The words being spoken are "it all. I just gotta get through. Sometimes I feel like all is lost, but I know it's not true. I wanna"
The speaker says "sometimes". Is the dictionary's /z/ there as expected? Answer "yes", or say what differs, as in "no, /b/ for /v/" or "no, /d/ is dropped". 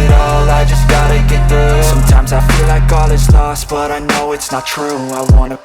yes